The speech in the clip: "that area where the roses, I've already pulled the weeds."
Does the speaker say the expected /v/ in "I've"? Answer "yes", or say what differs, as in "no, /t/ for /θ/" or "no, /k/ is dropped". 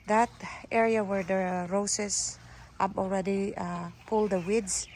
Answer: no, /p/ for /v/